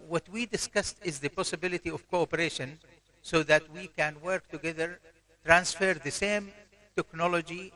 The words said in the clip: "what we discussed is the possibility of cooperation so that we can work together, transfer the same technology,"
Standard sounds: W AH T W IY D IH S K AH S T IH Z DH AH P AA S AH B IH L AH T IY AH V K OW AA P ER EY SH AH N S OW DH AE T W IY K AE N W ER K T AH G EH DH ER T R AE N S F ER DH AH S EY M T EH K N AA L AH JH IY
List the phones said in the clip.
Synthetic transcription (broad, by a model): W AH T W IY D IH S K AH S T IH Z DH AH P AA S AH B IH L AH T IY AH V K OW AA P ER EY SH AH N S OW DH AE T W IY K AE N W ER K T AH G EH DH ER T R AE N S F ER DH AH S EY M T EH K N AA L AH JH IY